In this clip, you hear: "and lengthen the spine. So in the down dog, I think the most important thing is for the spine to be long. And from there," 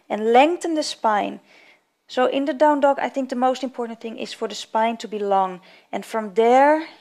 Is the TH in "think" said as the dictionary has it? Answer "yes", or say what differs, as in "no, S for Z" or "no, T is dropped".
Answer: yes